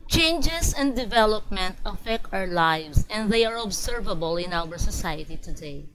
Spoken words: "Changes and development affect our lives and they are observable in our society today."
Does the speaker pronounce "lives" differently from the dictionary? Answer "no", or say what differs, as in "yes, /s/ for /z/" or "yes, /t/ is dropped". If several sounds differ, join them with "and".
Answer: yes, /s/ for /z/